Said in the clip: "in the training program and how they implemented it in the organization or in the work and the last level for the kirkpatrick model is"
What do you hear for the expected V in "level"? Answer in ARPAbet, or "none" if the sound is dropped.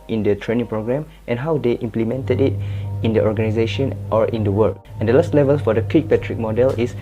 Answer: V